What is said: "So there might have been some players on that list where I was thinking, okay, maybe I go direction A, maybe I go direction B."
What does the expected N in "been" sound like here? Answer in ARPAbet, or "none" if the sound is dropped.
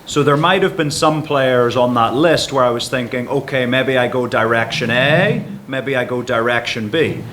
N